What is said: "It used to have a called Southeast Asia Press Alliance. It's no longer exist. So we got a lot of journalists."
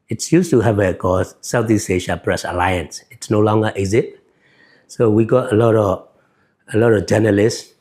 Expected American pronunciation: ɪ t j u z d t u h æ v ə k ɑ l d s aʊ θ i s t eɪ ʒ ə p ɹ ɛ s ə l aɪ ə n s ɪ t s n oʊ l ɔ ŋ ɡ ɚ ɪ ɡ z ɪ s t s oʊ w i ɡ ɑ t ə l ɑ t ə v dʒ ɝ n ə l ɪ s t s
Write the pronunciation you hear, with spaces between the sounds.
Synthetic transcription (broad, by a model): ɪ t j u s t u h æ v ə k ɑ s s aʊ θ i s eɪ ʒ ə p ɹ ɛ s ə l aɪ ə n s ɪ t s n oʊ l ɔ ŋ ɡ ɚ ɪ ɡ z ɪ t s oʊ w i ɡ ɑ t ə l ɑ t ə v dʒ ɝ n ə l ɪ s s